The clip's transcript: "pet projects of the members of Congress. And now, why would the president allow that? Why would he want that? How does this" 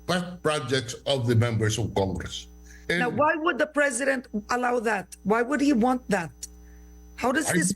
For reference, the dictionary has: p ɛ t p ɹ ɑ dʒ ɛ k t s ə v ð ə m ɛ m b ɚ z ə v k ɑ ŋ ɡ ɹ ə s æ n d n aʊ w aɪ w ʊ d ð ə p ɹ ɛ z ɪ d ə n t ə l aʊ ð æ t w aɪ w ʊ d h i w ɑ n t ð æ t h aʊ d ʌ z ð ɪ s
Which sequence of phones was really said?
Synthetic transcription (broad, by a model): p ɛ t p ɹ ɑ dʒ ɛ k t s ə v ð ə m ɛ m b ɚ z ə v k ɑ ŋ ɡ ɹ ə s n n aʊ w aɪ w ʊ d ð ə p ɹ ɛ z ɪ d ə n t ə l aʊ ð æ t w aɪ w ʊ d h i w ɑ n t ð æ t h aʊ d ʌ z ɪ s